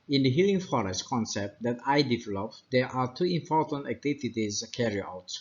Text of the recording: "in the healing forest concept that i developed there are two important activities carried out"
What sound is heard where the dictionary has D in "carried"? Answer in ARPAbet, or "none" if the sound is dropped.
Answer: none